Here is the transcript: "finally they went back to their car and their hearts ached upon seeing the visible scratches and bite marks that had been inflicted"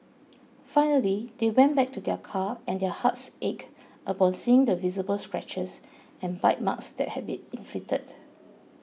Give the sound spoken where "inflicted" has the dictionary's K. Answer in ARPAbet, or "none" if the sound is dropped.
none